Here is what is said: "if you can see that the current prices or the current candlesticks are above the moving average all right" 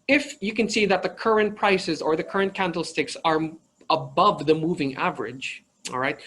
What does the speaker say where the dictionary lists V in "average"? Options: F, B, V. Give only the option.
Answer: V